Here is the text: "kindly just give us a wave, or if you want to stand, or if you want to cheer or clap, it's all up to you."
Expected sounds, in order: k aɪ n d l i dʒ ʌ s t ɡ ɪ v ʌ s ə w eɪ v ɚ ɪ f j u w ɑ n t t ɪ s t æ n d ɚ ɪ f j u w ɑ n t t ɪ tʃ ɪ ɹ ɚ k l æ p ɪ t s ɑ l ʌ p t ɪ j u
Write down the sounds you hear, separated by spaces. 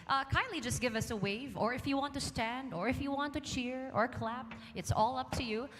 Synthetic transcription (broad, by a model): k aɪ n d l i dʒ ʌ s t ɡ ɪ v ʌ s ə w eɪ v ɚ ɪ f j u w ɑ n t t ɪ s t æ n d ɚ ɪ f j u w ɑ n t t ɪ tʃ ɪ ɹ ɚ k l æ p ɪ t s ɑ l ʌ p t ɪ j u